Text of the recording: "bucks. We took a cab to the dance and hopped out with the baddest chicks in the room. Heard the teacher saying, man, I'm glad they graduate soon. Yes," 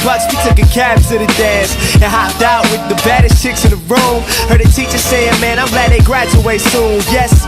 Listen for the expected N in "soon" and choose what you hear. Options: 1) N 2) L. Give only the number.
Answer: 2